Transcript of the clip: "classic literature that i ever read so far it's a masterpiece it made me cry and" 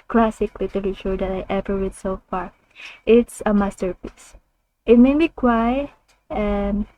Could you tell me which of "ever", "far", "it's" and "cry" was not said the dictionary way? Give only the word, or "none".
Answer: cry